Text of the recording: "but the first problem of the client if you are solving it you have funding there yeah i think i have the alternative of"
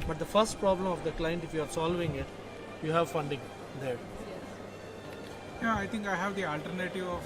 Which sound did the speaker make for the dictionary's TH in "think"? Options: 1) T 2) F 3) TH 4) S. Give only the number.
1